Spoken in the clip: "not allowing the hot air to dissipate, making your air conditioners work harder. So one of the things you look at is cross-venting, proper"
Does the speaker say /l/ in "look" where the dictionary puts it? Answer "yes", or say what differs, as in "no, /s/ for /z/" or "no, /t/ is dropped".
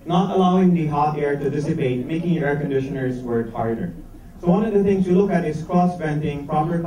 yes